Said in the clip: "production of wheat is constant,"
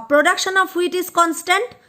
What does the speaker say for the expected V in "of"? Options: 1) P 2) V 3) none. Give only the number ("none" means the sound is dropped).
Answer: 1